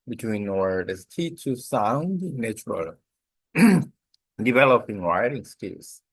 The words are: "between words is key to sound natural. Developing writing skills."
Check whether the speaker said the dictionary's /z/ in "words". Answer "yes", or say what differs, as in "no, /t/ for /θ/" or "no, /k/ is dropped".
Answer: no, /z/ is dropped